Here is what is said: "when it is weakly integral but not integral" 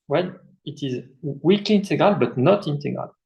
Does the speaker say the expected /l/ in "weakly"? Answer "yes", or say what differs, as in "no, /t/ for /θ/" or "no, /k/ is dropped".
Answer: no, /l/ is dropped